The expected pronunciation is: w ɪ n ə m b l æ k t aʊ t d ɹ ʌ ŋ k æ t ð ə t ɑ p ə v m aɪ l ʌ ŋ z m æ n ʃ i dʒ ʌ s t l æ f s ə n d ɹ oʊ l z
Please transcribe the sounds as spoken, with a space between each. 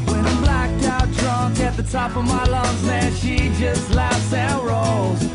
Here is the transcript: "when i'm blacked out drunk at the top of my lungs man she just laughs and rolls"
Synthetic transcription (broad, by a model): w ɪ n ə b l æ k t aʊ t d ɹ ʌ ŋ k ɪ t ð ə t ɑ p ə v m aɪ l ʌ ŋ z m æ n ʃ i dʒ ʌ s t l æ f s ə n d ɹ oʊ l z